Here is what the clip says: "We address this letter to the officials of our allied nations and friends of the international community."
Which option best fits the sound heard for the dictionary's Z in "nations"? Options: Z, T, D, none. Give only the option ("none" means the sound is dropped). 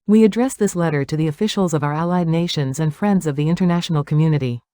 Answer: Z